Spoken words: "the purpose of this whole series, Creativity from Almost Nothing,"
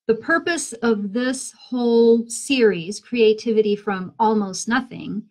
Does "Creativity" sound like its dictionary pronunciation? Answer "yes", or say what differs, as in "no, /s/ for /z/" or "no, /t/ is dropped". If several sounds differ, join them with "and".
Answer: yes